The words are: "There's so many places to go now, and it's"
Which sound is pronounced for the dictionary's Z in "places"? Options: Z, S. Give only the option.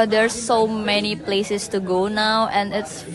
S